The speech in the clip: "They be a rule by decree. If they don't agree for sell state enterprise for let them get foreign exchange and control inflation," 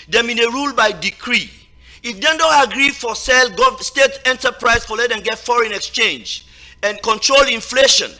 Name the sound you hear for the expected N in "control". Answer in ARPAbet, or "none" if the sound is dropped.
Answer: N